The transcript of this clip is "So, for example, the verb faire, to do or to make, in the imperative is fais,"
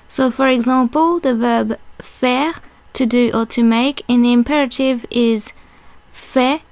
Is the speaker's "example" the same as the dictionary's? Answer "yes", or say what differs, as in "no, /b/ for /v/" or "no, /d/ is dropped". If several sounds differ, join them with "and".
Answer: no, /m/ is dropped